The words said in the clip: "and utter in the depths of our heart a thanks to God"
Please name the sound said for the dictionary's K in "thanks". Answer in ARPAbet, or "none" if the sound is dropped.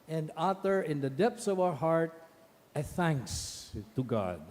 K